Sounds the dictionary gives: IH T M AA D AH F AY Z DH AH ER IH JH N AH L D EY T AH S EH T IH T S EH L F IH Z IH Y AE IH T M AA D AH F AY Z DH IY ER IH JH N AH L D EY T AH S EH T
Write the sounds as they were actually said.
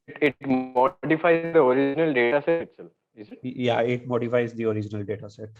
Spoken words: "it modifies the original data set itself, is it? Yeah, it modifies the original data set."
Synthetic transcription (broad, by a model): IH T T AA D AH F AY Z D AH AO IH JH N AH L D EY T AH S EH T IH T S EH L IH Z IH Y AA IH T M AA D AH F AY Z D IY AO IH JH N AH L D EY T AH S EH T